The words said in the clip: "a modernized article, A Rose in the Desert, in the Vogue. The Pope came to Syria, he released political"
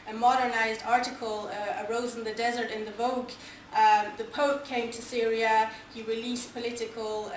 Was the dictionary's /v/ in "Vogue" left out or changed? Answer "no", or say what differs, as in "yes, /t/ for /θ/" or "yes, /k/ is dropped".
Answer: no